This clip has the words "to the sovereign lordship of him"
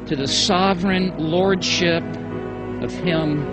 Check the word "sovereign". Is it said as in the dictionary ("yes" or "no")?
yes